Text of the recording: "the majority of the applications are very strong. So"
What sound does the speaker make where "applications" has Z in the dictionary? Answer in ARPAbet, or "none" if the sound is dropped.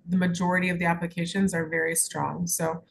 Z